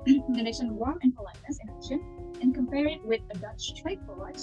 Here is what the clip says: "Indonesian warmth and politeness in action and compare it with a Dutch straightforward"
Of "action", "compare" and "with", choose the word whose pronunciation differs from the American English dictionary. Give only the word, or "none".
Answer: action